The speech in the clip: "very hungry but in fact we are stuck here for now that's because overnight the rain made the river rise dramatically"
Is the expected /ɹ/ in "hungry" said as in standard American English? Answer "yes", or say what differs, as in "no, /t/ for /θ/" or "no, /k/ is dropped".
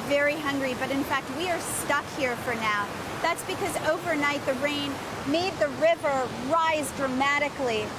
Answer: yes